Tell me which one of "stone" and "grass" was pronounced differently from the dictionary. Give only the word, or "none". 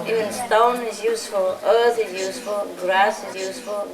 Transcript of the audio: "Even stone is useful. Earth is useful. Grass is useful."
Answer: none